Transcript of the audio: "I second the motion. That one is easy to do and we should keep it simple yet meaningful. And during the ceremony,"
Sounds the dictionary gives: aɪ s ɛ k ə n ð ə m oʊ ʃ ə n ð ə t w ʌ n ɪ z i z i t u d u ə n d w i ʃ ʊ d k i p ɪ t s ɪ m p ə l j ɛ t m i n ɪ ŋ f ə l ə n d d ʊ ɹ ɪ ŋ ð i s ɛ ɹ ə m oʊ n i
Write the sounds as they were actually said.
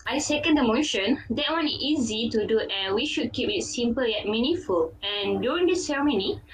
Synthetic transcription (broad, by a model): aɪ s ɛ k ə n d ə m oʊ ʃ ə n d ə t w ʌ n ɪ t i z i t u d u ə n w i ʃ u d k i p ɪ t s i m p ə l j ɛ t m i n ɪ f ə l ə n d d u ɹ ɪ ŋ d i s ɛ ɹ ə m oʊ n i